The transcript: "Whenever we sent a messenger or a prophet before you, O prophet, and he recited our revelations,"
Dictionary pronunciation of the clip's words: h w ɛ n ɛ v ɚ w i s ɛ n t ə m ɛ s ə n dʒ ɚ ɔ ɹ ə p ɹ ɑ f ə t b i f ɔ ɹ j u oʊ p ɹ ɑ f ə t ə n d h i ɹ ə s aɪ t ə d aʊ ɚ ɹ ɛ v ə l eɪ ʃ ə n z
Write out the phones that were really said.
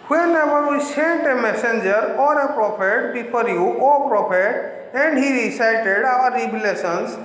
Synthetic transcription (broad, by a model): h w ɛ n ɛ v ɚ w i s ɛ n t ə m ɛ s ə n dʒ ɚ ɔ ɹ ə p ɹ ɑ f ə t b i p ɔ ɹ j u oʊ p ɹ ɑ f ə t ə n d h i ɹ ə s aɪ t ə d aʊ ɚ ɹ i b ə l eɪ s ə n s